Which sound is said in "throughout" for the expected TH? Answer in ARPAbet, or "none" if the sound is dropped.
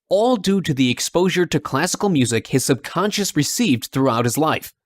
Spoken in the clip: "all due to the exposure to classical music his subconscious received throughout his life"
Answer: TH